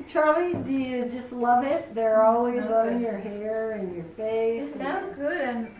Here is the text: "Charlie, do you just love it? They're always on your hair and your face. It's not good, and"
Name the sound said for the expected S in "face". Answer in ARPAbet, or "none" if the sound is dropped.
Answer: none